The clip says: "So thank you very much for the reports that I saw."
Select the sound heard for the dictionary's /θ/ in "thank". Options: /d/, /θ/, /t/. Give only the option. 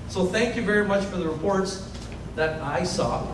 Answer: /θ/